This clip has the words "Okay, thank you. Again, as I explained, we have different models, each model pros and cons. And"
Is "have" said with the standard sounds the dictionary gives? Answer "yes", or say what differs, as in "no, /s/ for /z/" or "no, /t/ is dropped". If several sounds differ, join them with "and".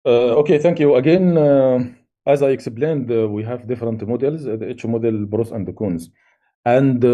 yes